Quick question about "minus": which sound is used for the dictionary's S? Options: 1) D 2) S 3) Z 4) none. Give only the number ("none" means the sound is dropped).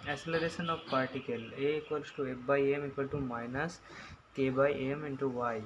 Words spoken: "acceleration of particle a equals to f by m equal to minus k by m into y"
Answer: 2